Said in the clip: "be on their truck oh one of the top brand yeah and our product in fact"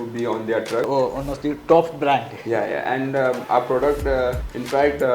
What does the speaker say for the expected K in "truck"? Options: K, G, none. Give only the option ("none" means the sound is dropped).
none